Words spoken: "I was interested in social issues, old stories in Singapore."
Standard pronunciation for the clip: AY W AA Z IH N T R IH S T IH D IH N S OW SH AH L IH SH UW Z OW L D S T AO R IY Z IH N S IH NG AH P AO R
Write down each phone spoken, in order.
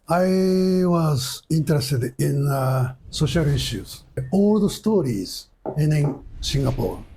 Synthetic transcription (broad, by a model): AY W AA Z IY N T R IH S T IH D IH N S OW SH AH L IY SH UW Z OW L D S T AO R IY Z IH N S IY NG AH P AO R